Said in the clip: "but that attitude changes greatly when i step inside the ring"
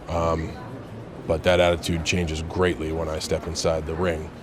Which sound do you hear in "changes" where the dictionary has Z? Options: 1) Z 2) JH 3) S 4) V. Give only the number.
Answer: 1